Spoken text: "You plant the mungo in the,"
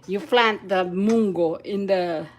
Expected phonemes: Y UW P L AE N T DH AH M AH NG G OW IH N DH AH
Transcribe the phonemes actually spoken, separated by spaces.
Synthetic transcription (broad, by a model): Y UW F L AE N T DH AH M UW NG G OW IH N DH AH